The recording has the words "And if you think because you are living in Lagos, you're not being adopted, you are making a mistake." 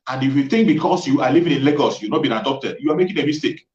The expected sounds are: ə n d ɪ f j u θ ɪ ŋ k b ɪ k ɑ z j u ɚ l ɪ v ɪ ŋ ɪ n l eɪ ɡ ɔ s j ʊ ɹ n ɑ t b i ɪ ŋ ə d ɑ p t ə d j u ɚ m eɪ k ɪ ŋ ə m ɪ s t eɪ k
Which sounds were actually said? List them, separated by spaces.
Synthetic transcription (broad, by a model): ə n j ɪ f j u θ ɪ ŋ k b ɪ k ɑ s j u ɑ l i v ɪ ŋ ɪ n l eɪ ɡ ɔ s j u n ɑ t b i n ə d ɑ p t ə d j u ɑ m eɪ k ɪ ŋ ə m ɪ s t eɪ k